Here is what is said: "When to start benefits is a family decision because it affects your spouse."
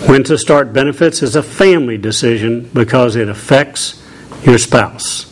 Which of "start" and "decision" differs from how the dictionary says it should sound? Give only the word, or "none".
none